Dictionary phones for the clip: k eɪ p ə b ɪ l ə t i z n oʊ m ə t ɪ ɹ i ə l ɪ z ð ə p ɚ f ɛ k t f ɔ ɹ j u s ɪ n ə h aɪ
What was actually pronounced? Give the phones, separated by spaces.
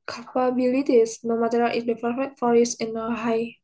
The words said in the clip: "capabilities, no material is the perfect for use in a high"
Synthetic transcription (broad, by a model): k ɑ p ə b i l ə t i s n oʊ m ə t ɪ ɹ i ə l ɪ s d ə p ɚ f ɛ t f ɔ ɹ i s ɪ n ə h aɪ